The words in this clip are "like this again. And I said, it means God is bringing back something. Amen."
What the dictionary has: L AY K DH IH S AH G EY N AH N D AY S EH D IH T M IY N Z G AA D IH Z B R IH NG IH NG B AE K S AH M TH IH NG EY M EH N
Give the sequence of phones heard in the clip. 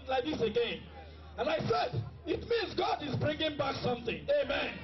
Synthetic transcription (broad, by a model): L AY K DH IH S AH G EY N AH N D AY S EH D IH T M IY N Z G AA D IH Z B R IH NG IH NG B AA K S AH M TH IH NG EY M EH N